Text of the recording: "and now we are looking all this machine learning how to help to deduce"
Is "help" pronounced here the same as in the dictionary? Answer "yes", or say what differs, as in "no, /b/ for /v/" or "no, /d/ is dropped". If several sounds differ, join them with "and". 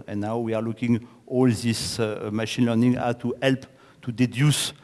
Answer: yes